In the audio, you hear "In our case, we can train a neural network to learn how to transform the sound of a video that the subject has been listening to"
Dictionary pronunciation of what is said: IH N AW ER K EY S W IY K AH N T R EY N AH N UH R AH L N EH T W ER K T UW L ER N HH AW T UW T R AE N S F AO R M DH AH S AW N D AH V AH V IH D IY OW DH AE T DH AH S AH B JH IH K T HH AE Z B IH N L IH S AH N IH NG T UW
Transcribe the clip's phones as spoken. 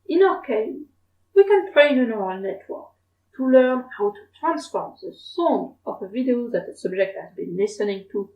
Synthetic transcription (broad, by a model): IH N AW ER K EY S W IY K AH N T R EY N AH N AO R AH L N EH T W ER K T UW L ER N HH AW T UW T R AE N S F AO R M DH AH S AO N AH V AH V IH D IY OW DH AE T DH AH S AH B JH IH K T HH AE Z B IH N L IH S AH N IH NG T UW